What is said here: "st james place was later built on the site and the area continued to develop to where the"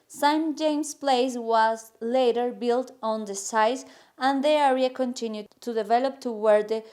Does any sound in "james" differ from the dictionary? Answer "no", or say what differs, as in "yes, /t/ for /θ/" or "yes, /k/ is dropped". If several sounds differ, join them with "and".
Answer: yes, /s/ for /z/